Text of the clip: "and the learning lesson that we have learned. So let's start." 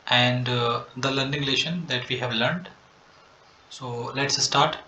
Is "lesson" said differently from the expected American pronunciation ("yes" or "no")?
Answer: yes